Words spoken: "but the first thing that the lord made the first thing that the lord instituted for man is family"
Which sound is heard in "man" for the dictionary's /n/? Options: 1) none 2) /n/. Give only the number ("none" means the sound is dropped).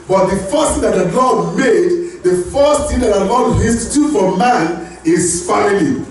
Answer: 2